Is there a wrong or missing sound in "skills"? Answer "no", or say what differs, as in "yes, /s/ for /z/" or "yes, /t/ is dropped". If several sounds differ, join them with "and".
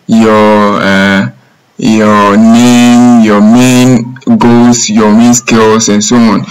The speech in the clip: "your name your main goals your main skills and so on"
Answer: yes, /s/ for /z/